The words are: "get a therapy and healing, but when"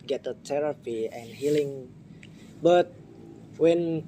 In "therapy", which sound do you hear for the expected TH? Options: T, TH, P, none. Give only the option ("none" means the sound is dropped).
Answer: T